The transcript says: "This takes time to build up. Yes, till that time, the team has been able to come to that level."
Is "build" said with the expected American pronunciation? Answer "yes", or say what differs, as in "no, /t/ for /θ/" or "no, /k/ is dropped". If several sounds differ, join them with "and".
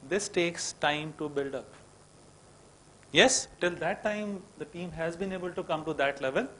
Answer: yes